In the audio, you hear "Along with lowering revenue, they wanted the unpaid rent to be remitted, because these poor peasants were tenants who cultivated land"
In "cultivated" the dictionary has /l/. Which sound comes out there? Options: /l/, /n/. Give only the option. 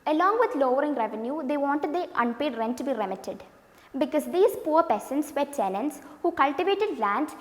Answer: /l/